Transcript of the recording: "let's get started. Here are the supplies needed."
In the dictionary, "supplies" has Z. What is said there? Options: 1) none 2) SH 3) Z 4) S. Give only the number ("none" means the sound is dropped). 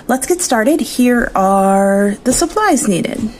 3